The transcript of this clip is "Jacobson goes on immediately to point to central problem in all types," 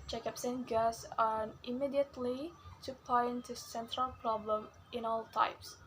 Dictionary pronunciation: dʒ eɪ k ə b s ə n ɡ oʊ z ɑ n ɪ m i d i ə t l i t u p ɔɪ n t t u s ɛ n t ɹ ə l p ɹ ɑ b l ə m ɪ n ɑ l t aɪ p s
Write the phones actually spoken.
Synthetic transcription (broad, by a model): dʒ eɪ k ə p s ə n ɡ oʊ s ɑ n ɪ m i d i ə t l i t u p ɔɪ n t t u s ɛ n t ɹ ə l p ɹ ɑ b l ə m ɪ n ɑ l t aɪ p s